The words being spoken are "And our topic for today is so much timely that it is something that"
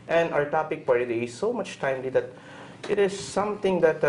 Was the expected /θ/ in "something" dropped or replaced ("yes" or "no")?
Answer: yes